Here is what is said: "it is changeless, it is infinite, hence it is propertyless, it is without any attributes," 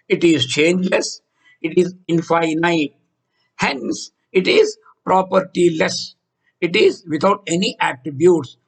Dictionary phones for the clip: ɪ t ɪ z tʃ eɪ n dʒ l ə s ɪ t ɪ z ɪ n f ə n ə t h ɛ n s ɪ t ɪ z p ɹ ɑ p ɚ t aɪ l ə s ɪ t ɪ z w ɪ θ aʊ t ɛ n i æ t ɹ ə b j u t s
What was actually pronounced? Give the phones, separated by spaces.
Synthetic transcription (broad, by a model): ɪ t ɪ z tʃ eɪ n dʒ l ə s ɪ t ɪ z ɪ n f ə n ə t h ɛ n s ɪ t ɪ z p ɹ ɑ p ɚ t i l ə s ɪ t ɪ z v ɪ t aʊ t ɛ n i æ t ɹ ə b j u t s